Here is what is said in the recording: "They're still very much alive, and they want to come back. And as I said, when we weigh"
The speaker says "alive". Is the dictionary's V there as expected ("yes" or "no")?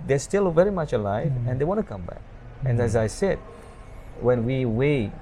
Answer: yes